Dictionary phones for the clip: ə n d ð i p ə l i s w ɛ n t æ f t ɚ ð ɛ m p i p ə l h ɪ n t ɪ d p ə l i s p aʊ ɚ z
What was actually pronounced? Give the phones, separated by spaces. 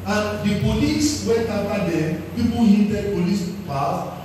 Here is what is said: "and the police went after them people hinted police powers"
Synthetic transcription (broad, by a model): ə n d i p ə l i s w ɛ t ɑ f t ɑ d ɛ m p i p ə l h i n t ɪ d p ə l i s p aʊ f